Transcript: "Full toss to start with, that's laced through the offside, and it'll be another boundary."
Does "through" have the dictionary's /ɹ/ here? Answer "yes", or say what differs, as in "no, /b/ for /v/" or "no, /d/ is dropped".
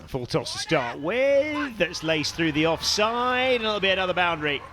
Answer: yes